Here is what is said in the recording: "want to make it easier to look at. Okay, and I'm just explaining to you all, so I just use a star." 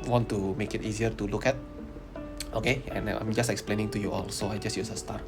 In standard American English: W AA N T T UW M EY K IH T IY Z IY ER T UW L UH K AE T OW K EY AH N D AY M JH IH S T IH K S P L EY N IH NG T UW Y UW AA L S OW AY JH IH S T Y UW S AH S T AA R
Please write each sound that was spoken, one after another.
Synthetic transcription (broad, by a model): W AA N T T UW M EY K IH T IY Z IY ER T UW L UH K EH T OW K EY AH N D AY M JH IH S T IH K S P L EY N IH NG T UW Y UW AA L S OW AY JH IH S T Y UW S AH S T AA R